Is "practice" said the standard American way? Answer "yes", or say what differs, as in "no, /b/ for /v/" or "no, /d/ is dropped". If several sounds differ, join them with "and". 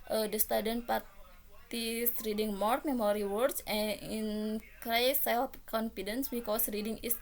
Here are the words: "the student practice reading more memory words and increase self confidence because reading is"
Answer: no, /ɹ/ is dropped